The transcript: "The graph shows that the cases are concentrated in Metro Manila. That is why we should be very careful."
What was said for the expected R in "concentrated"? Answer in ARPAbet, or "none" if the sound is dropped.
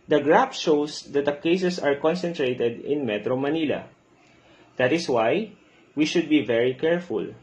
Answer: R